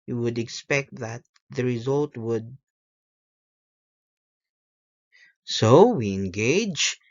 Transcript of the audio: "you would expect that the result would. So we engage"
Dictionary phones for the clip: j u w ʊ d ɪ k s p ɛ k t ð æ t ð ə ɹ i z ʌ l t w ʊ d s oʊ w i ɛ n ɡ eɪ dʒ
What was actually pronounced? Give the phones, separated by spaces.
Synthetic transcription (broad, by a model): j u w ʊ d ɪ k s p ɛ k t ð æ t ð ə ɹ i z ʌ l t w ʊ d s oʊ w i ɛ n ɡ eɪ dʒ